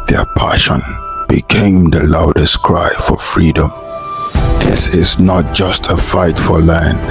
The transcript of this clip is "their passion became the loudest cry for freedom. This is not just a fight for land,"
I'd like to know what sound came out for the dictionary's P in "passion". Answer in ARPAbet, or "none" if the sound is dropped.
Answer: P